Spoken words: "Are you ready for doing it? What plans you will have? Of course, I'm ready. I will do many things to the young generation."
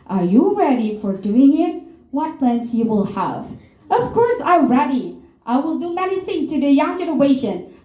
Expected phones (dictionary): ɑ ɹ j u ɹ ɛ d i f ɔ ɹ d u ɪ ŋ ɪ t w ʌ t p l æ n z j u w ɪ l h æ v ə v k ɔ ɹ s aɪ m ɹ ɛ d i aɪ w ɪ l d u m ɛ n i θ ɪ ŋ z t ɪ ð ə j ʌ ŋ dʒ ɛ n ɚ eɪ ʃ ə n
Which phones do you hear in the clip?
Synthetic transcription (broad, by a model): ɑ ɹ j u ɹ ɛ d i f ɔ ɹ d u ɪ ŋ ɪ t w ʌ t p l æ n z j u w ɪ l h æ v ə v k ɔ ɹ s aɪ m ɹ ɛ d i aɪ w ɪ l d u m ɛ n i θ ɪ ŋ t ɪ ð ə j ʌ ŋ dʒ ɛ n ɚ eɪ ʃ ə n